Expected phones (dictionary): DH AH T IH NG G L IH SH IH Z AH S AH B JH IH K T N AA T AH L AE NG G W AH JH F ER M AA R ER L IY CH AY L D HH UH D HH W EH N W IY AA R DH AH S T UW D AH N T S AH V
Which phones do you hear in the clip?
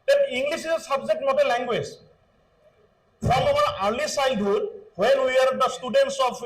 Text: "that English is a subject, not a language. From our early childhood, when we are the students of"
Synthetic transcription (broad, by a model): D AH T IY NG G L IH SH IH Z AH S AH B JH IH K T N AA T AH L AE NG G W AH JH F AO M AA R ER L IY S AY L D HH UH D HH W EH N W IY AA R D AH S T UW D AH N T S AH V